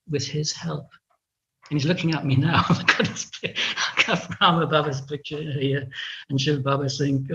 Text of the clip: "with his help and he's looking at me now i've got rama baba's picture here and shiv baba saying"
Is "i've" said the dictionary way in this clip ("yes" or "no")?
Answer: no